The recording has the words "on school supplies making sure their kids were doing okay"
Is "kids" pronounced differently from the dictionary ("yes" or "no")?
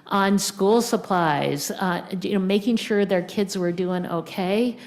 no